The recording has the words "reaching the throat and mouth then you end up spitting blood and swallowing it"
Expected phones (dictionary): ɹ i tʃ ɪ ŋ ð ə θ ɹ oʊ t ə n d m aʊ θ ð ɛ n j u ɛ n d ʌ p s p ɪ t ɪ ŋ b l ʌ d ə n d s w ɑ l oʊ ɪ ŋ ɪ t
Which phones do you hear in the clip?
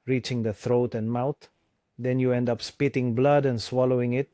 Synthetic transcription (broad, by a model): ɹ i tʃ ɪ ŋ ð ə θ ɹ oʊ t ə n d m aʊ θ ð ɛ n j u ɛ n d ʌ p s p ɪ t ɪ ŋ b l ʌ d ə n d s w ɑ l oʊ ɪ ŋ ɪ t